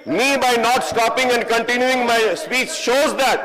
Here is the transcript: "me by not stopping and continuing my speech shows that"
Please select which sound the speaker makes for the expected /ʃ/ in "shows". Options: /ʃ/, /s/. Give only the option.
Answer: /ʃ/